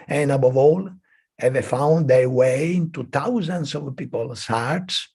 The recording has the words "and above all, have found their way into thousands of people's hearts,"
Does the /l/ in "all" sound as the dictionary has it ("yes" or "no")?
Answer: yes